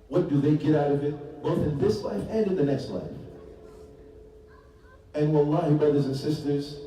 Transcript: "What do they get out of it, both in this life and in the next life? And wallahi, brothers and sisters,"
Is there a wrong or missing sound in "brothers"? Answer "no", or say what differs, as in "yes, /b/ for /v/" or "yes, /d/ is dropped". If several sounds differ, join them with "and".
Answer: no